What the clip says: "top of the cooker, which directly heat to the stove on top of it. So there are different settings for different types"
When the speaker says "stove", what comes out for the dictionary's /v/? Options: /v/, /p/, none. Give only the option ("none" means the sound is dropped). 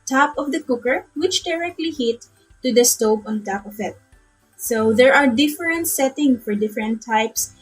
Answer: /p/